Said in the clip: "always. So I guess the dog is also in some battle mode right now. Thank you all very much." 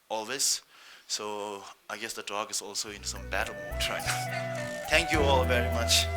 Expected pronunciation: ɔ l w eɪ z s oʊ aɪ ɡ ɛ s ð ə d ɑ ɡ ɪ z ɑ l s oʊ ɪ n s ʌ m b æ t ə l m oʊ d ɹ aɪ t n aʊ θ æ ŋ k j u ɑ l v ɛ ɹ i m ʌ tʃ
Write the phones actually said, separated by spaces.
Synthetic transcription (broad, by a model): ɔ l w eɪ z s oʊ aɪ ɡ ɛ s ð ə d ɑ ɡ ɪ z ɑ l s oʊ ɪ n s ʌ m b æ t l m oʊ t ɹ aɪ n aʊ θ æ ŋ k j u ɑ l v ɛ ɹ i m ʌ tʃ